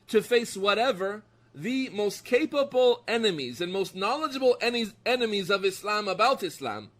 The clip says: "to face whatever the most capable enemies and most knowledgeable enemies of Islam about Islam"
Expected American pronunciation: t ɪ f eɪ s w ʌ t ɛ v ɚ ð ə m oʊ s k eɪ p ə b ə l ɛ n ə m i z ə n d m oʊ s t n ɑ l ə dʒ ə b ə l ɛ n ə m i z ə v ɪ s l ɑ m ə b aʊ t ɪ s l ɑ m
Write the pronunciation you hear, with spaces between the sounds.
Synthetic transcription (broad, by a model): t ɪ f eɪ s w ʌ t ɛ v ɚ ð ə m oʊ s k eɪ p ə b l ɛ n ə m i z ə n m oʊ s t n ɑ l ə dʒ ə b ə n ɛ n ə m i z ə v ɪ s l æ m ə b aʊ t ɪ s l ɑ m